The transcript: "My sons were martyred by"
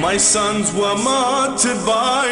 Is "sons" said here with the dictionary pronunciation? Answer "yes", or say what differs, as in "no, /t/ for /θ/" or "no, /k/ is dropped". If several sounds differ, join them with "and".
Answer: yes